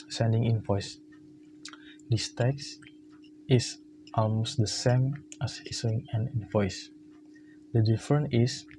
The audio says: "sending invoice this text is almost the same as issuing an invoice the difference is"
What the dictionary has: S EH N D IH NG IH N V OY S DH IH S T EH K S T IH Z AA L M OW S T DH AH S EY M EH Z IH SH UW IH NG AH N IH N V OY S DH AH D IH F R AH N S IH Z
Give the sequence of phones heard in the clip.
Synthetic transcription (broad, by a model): S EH N D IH NG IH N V OY S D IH S T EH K S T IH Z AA L M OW S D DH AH S EY M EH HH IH S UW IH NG AH N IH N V OY S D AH D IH F R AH N IH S